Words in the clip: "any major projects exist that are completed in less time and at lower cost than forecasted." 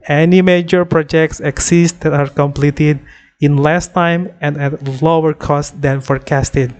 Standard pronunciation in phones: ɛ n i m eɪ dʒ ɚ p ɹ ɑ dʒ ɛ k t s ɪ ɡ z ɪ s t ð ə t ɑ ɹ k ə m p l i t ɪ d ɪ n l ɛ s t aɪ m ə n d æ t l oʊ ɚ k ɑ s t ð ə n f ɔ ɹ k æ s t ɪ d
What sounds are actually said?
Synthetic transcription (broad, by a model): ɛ n i m eɪ dʒ ɚ p ɹ ɑ dʒ ɛ k t s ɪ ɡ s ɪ s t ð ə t ɑ ɹ k ə m p l i t ɪ d ɪ n l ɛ s t aɪ m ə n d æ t l oʊ ɚ k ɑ s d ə n f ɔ ɹ k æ s t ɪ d